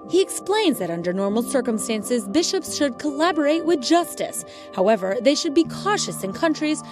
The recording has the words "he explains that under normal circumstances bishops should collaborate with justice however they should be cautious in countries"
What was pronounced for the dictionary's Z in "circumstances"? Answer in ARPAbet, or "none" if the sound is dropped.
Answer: Z